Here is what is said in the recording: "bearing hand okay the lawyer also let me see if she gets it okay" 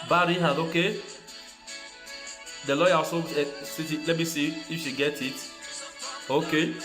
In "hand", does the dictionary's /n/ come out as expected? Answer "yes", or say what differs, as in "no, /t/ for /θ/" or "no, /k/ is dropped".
no, /n/ is dropped